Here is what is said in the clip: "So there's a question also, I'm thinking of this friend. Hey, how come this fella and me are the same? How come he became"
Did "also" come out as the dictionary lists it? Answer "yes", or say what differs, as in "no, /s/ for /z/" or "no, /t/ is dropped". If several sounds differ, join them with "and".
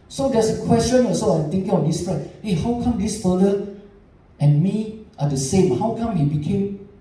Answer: no, /l/ is dropped